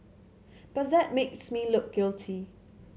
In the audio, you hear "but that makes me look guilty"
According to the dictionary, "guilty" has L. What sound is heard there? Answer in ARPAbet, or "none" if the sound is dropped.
L